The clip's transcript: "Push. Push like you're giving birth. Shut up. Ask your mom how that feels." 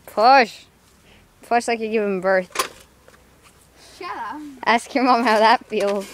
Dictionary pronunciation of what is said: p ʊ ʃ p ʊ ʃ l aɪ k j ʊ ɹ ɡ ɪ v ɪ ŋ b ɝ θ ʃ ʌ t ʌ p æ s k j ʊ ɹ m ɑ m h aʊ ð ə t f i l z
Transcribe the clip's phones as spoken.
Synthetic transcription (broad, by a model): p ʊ ʃ p ʊ ʃ l aɪ k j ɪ ɡ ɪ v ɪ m b ɝ θ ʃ t æ s k j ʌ ɹ m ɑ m h aʊ ð ə t f i l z